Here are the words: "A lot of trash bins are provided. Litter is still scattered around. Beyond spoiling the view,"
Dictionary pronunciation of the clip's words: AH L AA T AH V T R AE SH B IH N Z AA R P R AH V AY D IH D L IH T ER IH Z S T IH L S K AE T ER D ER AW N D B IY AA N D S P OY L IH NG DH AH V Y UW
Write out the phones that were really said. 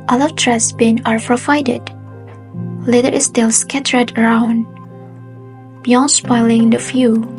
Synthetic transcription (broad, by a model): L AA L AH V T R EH S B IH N AA R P R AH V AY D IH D L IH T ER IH S T IH L S K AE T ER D ER AW N D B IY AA N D S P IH L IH NG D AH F Y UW